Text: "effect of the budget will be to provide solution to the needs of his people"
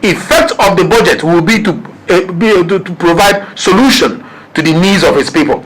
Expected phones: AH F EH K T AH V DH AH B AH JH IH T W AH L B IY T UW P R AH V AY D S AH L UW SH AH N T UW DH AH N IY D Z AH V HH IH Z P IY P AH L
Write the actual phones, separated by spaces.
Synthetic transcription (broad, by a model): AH F EH K T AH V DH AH B AH JH IH T W AH L B IY T UW P R AH V AY D S AH L UW SH AH N T UW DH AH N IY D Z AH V HH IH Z P IY P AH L